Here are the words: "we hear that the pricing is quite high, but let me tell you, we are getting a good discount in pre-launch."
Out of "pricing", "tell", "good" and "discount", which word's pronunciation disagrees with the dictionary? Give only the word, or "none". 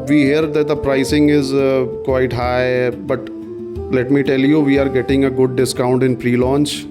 none